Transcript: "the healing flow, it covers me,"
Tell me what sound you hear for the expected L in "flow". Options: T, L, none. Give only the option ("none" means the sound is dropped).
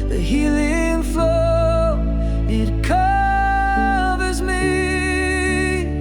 none